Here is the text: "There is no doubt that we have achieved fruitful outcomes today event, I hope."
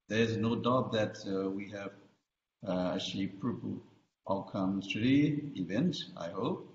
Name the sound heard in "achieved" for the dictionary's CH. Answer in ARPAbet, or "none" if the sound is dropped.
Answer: SH